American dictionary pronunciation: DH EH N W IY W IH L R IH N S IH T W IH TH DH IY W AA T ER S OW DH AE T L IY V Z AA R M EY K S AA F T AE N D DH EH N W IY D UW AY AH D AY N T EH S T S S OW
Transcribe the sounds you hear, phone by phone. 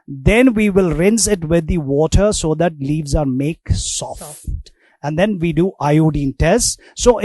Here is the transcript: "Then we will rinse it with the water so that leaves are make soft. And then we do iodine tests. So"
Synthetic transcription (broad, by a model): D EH N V IY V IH L R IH N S IH T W IH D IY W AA T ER S OW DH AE T L IY V Z AA R M EY K S AA F T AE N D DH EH N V IY D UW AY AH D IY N T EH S T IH